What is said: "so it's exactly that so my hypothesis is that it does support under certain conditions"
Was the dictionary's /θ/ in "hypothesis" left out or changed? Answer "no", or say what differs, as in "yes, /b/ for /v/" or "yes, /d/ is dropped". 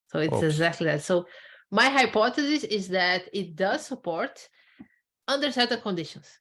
yes, /t/ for /θ/